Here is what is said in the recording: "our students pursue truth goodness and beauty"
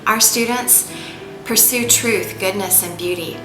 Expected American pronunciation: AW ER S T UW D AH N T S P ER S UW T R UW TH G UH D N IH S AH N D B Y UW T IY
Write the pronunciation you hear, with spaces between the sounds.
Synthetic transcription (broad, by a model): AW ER S T UW D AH N T S P ER S UW T R UW TH G UH D N IH S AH N B Y UW T IY